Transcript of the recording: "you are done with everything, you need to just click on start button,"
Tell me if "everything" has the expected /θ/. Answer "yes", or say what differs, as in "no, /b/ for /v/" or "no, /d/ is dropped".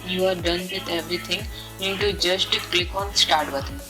no, /t/ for /θ/